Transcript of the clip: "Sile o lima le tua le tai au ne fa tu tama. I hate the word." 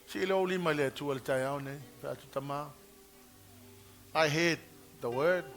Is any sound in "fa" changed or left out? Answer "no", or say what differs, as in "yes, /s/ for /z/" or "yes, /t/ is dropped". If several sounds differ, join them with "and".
yes, /p/ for /f/